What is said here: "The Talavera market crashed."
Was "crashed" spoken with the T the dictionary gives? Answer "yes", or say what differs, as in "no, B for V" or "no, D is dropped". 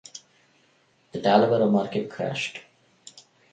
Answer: yes